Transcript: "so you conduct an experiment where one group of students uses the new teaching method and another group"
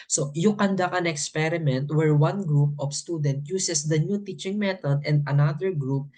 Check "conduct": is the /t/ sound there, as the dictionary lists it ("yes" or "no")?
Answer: no